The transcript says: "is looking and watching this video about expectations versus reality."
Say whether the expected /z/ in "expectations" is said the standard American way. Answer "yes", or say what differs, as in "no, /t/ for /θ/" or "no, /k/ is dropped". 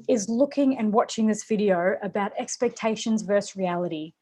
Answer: yes